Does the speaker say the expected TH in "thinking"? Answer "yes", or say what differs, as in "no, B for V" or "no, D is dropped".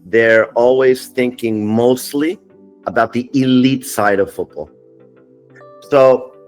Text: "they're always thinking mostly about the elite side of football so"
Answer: yes